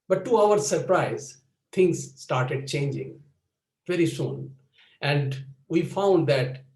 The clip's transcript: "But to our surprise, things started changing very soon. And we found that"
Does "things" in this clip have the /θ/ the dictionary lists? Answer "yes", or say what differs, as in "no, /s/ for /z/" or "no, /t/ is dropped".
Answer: no, /t/ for /θ/